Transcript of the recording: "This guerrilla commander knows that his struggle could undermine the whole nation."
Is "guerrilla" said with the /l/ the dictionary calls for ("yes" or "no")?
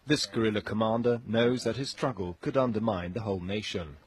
yes